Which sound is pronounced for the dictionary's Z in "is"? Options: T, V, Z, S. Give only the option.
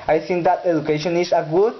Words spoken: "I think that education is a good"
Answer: S